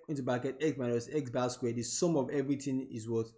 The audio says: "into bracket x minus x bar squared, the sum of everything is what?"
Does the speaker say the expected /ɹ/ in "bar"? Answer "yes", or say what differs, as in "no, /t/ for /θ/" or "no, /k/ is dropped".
no, /l/ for /ɹ/